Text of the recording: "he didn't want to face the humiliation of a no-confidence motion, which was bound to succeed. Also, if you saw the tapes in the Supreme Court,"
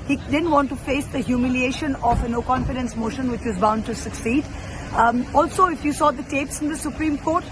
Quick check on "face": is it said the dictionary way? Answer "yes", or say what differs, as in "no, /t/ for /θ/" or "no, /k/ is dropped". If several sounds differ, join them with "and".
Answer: yes